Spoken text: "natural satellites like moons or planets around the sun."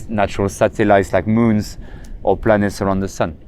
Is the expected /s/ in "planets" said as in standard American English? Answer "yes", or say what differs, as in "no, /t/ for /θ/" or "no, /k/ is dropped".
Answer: yes